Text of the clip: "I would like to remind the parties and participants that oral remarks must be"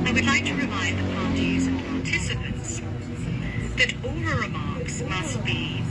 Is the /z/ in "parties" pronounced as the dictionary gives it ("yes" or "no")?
yes